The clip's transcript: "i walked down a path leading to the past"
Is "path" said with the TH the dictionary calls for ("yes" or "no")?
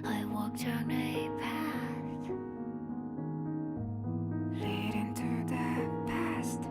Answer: no